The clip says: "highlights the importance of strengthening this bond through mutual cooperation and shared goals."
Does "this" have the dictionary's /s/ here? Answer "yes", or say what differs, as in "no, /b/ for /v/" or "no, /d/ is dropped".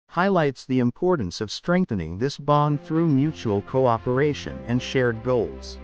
yes